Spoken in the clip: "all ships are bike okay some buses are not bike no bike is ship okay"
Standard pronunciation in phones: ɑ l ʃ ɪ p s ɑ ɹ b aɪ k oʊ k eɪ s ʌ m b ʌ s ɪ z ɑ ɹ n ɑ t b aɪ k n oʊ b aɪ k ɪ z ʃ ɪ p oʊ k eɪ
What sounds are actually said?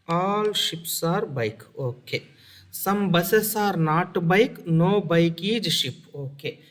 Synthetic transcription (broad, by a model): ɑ l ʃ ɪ p s ɑ ɹ b aɪ k oʊ k eɪ s ʌ m b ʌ s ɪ s ɑ ɹ n ɑ t b aɪ k n oʊ b aɪ k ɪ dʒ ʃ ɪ p oʊ k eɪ